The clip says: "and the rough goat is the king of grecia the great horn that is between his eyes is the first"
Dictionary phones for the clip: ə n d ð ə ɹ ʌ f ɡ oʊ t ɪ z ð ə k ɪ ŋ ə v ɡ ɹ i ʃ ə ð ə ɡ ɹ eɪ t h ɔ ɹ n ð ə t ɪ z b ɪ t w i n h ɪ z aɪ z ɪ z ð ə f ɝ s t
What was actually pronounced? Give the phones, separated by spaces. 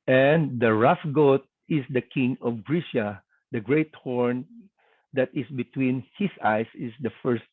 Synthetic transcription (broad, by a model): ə n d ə ɹ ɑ f ɡ oʊ t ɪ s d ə k ɪ ŋ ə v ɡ ɹ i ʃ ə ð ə ɡ ɹ eɪ t h ɔ ɹ n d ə t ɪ s b ɪ t w i n h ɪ s aɪ s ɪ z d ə f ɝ s t